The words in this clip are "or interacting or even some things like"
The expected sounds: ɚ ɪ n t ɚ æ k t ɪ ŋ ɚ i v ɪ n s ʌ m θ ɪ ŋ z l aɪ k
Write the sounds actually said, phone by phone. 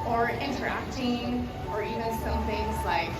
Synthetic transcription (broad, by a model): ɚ ɪ n t ɚ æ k t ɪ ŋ ɚ i v ɪ n s ʌ m θ ɪ ŋ z l aɪ k